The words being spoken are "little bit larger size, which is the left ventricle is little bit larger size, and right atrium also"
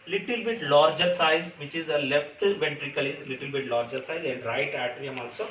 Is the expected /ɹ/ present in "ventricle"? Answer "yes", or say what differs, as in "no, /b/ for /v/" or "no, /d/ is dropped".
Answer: yes